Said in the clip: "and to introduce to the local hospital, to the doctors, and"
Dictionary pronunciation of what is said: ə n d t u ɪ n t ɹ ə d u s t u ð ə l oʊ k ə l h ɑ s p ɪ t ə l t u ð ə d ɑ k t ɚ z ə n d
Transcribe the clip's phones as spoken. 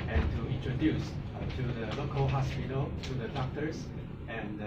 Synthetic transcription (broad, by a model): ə n t u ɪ n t ɹ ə d u s t u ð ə l oʊ k ə l h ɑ s p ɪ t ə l t u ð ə d ɑ k t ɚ s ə n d